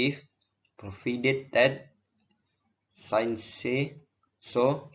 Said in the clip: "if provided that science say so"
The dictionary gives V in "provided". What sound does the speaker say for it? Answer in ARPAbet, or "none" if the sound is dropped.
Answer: F